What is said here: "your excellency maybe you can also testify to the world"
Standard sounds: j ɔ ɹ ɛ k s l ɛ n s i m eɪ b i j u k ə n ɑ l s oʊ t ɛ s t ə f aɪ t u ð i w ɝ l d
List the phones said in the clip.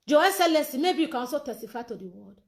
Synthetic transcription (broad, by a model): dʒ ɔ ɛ s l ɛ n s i m eɪ b i j u k ə n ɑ s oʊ t ɛ s t ə f aɪ t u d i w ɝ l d